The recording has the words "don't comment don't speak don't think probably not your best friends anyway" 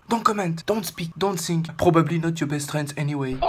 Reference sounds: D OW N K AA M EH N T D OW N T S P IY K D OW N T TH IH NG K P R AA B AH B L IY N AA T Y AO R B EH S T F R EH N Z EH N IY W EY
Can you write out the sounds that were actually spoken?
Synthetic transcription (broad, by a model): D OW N K AA M EH N T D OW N T S P IY K D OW N T S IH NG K P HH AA B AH B L IY N AA T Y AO B EH S T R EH N S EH N IY W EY